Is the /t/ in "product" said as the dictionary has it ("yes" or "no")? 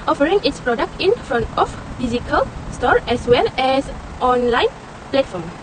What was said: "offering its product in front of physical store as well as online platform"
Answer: yes